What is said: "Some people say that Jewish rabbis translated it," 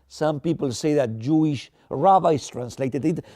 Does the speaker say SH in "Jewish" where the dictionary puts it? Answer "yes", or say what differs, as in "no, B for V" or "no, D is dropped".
yes